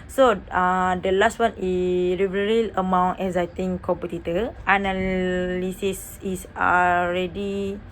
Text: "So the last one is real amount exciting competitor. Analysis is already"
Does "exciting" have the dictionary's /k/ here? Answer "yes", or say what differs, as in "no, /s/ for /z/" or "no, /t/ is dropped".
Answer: no, /k/ is dropped